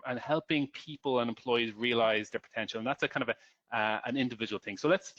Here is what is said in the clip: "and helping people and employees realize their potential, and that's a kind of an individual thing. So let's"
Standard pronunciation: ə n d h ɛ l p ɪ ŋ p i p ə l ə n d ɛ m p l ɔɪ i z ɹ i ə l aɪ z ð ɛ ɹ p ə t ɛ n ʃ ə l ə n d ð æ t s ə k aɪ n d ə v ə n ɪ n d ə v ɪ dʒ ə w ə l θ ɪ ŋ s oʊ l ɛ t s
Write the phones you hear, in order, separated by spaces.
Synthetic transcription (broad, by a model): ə n h ɛ l p ɪ ŋ p i p ə l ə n ɛ m p l ɔɪ i z ɹ i ə l aɪ z ð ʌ ɹ p ə t ɛ n ʃ ə l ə n ð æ t s ə k aɪ n d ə v ə n ɪ n d ə v ɪ dʒ ə w ə l θ ɪ ŋ s oʊ l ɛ t s